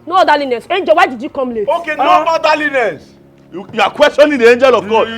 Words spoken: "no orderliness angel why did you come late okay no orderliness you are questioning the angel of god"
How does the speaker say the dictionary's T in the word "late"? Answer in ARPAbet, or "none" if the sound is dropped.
none